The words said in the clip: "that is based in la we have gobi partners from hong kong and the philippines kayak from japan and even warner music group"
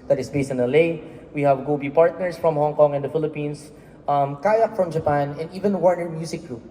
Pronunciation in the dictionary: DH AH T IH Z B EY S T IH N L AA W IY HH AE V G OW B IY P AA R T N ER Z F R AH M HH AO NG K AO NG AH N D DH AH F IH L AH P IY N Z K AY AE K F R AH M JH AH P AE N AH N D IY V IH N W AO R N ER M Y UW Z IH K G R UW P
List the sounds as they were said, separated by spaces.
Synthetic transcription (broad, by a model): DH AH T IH S B EY S T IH N L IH W IY HH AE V G OW B IY P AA R T N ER S F R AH M HH AO NG K AO NG AH N D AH F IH L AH P IY N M K AY AE K F R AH M JH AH P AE N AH N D IY V IH N W AO R N ER M Y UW S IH K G R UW P